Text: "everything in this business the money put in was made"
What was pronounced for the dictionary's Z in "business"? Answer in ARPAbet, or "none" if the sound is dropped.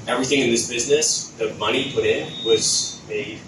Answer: Z